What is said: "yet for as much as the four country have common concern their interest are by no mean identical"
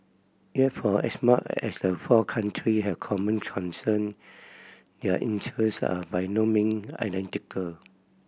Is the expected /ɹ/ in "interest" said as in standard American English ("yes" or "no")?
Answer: no